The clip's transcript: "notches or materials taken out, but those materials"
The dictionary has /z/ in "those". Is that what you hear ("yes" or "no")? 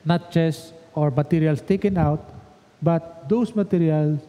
no